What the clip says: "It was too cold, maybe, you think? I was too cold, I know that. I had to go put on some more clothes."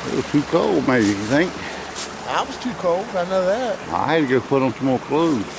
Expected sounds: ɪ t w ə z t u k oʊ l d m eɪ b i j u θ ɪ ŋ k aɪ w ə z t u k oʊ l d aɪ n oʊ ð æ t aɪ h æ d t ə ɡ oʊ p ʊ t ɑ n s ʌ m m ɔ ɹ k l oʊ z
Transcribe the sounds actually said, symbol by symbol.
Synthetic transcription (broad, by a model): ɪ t w ə z t u k oʊ l d m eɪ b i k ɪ θ ɪ ŋ k aɪ w ə z t u k oʊ l d aɪ n oʊ ð æ t aɪ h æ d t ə ɡ oʊ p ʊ t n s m m ɔ l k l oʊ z